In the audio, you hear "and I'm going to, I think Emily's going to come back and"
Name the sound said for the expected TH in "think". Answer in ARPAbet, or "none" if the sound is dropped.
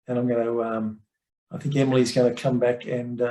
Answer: TH